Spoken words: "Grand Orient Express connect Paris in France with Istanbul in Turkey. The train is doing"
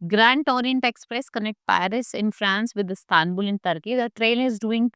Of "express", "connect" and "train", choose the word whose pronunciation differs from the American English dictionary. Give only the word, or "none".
train